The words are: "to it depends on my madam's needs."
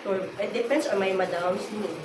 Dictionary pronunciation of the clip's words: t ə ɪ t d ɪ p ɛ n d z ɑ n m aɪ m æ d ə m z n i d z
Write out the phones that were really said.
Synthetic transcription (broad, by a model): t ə ɪ t d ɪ p ɛ n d s ɑ n m aɪ m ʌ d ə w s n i